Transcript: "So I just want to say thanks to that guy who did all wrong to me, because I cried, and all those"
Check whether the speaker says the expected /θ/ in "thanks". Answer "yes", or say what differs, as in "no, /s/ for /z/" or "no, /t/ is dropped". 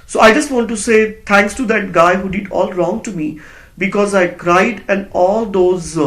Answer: no, /t/ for /θ/